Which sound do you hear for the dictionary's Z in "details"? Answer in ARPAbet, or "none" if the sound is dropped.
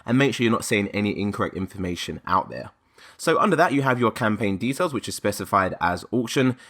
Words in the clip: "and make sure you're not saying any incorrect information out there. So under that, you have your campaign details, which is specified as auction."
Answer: Z